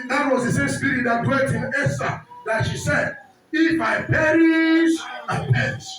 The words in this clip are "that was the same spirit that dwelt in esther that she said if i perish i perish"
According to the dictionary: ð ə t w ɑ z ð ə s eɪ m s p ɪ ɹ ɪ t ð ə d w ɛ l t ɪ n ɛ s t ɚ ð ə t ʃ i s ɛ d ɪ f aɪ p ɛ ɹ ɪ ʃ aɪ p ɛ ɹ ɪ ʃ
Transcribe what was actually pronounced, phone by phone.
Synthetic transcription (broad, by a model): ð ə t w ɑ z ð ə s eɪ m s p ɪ ɹ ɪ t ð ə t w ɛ t ɪ n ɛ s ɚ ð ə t ʃ i s ɛ d ɪ f aɪ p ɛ ɹ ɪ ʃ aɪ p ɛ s